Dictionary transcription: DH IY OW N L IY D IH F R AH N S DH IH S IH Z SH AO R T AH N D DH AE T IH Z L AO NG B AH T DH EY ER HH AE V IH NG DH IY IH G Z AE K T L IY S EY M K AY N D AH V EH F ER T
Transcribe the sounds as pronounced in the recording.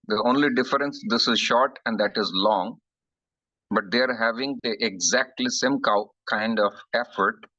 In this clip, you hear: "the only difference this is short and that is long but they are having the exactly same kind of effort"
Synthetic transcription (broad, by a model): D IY OW N L IY D IH F R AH N S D IH S IH Z SH AO R T AH N D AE T IH Z L AO NG B AH T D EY ER HH AE V IH NG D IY IH G Z AE K T L IY S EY M K AY N D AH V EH F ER T